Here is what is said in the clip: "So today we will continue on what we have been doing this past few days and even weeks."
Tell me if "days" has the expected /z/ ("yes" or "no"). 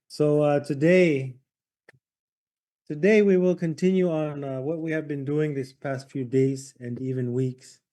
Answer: yes